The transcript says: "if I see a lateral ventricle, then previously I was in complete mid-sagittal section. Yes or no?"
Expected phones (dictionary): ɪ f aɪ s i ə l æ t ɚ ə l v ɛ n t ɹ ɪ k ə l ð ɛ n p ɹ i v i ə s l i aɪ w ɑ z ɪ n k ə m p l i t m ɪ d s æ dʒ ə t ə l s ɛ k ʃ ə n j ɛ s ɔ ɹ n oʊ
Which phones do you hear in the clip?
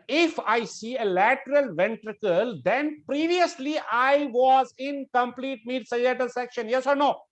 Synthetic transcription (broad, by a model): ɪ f aɪ s i ə l æ t ɚ ə l v ɛ n t ɹ ɪ k ə l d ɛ n p ɹ i v i ə s l i aɪ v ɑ z ɪ n k ə m p l i t m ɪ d s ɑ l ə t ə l s ɛ k ʃ ə n j ɛ s ɔ ɹ n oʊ